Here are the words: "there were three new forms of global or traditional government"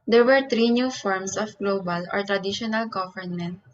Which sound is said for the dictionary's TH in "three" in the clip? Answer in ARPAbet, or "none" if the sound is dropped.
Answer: T